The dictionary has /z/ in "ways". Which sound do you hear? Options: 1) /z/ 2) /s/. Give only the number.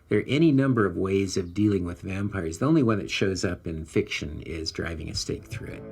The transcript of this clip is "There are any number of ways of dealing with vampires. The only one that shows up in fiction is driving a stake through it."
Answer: 1